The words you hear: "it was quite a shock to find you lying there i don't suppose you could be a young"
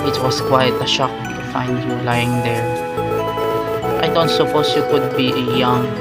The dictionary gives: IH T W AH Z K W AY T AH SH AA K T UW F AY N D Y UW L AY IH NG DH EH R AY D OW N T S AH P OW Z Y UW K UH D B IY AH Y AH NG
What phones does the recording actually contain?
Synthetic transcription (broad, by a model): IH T W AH S K W AY T AH SH AA K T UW F AY N D Y UW L AY IH NG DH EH R AY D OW N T S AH P OW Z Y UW K UH D B IY AH Y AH NG